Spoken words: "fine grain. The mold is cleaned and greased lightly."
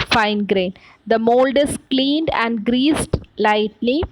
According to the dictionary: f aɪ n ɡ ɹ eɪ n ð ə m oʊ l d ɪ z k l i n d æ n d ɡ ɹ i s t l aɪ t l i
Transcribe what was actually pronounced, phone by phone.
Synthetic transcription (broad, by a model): f aɪ n ɡ ɹ eɪ n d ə m oʊ l d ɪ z k l i n d æ n d ɡ ɹ i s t l aɪ t l i